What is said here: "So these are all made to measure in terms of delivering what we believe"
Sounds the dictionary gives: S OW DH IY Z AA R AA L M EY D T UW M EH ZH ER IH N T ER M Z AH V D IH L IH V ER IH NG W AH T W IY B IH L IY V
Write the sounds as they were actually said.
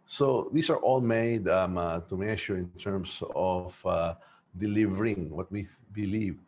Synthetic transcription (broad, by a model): S OW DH IY S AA R AA L M EY D T UW M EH SH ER IH N T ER M S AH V D IH L IH V ER IH NG W AH T W IY B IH L IY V